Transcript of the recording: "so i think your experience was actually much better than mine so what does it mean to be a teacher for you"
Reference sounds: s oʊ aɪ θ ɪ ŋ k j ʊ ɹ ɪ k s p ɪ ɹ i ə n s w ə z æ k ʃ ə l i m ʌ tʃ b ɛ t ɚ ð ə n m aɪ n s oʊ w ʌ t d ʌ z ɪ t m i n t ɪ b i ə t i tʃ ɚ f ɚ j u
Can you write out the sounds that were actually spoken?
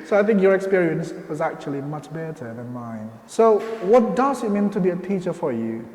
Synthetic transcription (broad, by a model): s oʊ aɪ θ ɪ ŋ k j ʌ ɹ ɪ k s p ɪ ɹ i ə n s w ə z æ k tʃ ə l i m ʌ tʃ b ɛ t ɚ ð ə n m aɪ n s oʊ w ʌ t d ʌ z ɪ t m i n t ɪ b i ə t i tʃ ɚ f ɚ j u